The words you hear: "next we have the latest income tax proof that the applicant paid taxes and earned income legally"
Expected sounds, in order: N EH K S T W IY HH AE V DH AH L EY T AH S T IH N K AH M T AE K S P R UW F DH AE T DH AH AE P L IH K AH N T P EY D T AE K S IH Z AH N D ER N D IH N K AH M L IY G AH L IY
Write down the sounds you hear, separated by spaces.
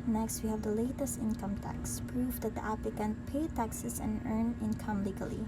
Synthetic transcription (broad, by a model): N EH K S T W IY HH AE V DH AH L EY T AH S T IH N K AH M T AE K S P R UW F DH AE T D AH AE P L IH K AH N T P EY T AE K S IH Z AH N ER N IH N K AH M L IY G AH L IY